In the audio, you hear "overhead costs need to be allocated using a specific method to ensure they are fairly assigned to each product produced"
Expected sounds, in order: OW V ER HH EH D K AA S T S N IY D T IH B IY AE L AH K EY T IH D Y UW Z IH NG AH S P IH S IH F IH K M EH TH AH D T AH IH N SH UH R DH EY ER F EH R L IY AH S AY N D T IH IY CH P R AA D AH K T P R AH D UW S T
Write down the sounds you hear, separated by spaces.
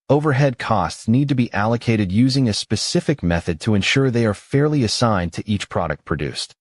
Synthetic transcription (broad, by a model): OW V ER HH EH D K AA S T S N IY D T IH B IY AE L AH K EY T IH D Y UW Z IH NG AH S P IH S IH F IH K M EH TH AH D T AH IH N SH UH R DH EY ER F EH R L IY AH S AY N T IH IY CH P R AA D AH K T P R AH D UW S T